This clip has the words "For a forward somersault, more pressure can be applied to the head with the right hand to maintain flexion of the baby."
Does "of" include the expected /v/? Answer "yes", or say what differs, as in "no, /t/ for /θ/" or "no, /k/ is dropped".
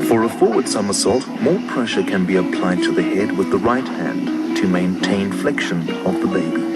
yes